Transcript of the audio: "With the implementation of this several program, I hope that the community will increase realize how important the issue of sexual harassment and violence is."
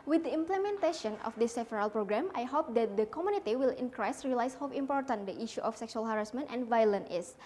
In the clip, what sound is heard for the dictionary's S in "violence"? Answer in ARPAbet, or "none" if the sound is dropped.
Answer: none